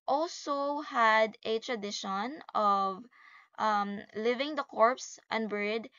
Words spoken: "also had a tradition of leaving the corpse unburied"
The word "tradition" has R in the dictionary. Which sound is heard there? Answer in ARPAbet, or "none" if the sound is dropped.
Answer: R